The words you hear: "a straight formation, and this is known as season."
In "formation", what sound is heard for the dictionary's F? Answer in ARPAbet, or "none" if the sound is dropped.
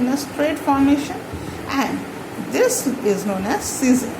F